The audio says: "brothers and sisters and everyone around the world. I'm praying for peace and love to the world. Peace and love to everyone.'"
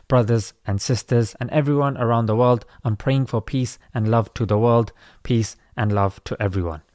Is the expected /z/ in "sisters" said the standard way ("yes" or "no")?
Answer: yes